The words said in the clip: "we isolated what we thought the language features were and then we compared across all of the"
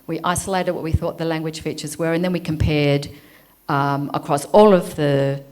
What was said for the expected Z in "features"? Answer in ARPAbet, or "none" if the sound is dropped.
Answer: Z